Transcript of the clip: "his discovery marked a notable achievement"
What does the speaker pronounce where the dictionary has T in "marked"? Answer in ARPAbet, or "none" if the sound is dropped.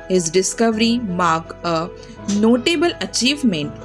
none